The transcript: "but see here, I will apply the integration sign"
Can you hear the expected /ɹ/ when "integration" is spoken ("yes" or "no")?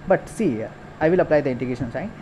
no